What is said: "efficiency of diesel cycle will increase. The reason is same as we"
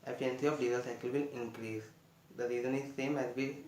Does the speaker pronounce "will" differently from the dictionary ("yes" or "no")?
yes